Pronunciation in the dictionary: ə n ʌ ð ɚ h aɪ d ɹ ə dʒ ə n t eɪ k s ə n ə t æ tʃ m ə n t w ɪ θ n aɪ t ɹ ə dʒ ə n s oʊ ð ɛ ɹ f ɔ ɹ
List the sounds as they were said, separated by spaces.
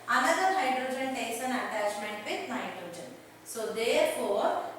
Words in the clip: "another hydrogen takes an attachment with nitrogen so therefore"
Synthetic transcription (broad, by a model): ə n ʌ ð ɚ h aɪ d ɹ ə dʒ ə n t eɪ s ə n ə t æ tʃ m ə n t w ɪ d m aɪ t ɹ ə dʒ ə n s oʊ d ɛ ɹ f ɔ ɹ